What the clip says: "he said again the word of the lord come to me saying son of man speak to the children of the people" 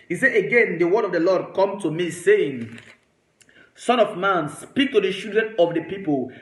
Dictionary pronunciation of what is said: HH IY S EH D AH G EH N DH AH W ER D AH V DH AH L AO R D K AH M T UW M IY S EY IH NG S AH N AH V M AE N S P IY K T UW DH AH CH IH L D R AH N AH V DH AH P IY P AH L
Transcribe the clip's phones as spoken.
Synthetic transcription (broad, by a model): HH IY S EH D AH G EH N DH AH W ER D AH V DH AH L AO D K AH M T UW M IY S EY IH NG S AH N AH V M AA N S P IY K T UW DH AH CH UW D R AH N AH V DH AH P IY P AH L